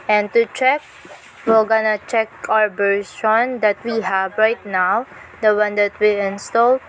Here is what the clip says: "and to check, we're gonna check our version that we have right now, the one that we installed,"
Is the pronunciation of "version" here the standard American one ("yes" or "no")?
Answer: no